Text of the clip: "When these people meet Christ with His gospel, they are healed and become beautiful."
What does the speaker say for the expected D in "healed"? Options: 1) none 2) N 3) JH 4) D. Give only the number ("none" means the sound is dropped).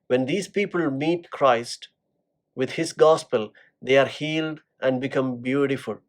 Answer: 4